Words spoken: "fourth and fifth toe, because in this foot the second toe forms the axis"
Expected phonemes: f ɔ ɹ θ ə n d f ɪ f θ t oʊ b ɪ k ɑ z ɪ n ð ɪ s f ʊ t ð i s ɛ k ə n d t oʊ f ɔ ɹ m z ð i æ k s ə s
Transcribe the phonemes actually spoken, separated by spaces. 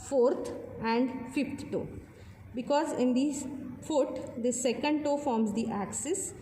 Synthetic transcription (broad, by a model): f ɔ ɹ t ə n d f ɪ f t t oʊ b ɪ k ɑ z ɪ n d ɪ f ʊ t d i s ɛ k ə n d t oʊ f ɔ ɹ m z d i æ k s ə s